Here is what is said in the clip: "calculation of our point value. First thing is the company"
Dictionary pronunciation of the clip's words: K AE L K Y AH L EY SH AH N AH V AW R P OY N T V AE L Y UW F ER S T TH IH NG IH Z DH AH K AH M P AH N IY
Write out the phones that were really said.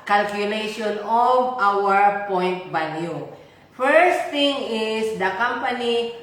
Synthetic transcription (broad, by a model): K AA L K Y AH L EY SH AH N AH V AW R P OY N T B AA N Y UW F ER S T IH NG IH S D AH K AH M P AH N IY